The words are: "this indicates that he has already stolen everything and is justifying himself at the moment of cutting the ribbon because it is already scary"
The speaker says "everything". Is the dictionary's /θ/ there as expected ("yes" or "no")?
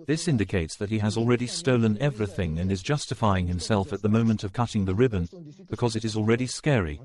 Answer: yes